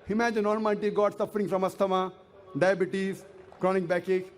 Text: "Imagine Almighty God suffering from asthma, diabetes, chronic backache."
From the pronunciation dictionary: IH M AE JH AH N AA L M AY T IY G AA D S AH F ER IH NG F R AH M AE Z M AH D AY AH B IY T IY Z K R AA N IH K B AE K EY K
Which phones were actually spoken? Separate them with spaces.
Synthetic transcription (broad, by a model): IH M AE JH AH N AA N M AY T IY G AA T S AH F ER IH NG F R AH M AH S M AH D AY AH B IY T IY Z K R AA N IH K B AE K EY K